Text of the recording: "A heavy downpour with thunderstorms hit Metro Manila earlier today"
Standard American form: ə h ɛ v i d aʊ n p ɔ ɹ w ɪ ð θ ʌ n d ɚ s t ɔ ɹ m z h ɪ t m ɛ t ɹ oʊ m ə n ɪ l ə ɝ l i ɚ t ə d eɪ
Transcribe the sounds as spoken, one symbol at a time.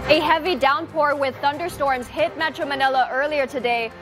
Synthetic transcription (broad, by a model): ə h ɛ v i d aʊ n p ɔ ɹ w ɪ ð θ ʌ n d ɚ s t ɔ ɹ m z h ɪ t m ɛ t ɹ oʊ m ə n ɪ l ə ɝ l i ɚ t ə d eɪ